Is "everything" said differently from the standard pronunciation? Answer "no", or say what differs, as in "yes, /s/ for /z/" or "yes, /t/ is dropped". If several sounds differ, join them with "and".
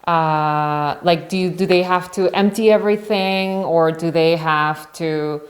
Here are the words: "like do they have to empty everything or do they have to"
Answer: no